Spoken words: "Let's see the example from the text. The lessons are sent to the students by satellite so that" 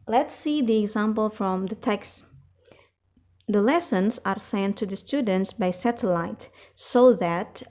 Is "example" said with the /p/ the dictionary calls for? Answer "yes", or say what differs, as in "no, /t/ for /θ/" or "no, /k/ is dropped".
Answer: yes